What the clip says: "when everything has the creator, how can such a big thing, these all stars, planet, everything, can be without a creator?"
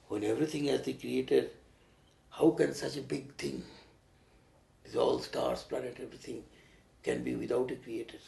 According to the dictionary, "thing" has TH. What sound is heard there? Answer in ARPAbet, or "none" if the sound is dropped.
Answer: T